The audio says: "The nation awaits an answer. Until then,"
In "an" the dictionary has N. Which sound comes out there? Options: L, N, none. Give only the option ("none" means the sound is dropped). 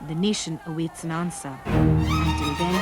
N